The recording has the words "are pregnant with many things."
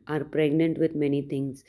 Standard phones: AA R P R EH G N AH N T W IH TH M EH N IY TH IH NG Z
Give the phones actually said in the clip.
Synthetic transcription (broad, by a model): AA R P R EH G N AH N T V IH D M EH N IY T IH NG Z